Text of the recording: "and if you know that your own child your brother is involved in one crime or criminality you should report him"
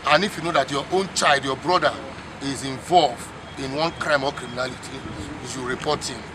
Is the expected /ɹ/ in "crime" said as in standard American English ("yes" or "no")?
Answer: yes